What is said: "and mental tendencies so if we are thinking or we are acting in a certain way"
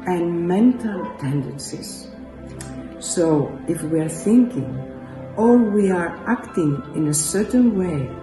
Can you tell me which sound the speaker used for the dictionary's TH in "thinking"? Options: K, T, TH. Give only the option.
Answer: TH